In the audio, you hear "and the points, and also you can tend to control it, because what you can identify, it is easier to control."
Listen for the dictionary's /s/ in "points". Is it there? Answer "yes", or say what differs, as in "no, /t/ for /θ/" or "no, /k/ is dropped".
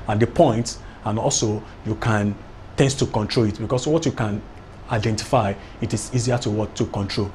no, /s/ is dropped